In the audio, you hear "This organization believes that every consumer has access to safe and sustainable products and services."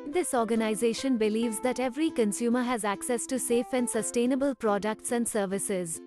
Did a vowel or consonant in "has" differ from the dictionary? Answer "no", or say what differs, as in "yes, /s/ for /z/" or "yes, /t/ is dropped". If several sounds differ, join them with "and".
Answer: no